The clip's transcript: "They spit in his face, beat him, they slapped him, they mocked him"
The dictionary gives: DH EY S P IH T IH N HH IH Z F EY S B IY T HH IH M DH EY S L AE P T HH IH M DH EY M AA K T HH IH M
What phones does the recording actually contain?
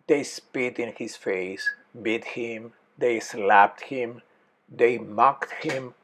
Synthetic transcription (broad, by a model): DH EY S P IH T IH N HH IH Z F EY S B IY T HH IH M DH EY S L AE P T HH IH M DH EY M AA K T HH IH M